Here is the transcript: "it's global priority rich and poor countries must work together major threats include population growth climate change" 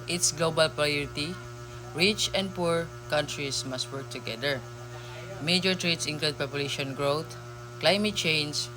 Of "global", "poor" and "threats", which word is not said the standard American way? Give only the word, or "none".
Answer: threats